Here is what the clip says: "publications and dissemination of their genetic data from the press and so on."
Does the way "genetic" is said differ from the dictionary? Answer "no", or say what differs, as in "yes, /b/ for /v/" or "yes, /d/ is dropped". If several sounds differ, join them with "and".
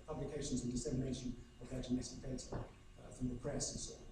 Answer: yes, /s/ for /t/